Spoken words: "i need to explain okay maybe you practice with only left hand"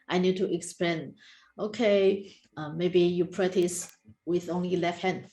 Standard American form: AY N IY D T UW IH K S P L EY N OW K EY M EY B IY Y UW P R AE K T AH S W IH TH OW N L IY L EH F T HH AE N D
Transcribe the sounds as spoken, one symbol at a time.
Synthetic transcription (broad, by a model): AY N IY D T UW IH K S P L EY N OW K EY M EY B IY Y UW P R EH T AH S W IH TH OW N L IY L EH F T HH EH N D